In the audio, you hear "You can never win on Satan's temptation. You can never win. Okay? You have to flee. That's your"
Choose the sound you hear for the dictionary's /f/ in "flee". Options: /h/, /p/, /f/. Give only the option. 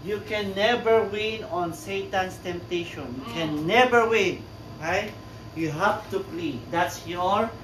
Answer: /p/